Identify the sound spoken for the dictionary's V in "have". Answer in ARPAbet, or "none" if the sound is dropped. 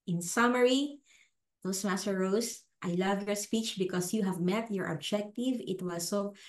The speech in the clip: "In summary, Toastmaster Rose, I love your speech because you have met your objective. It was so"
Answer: V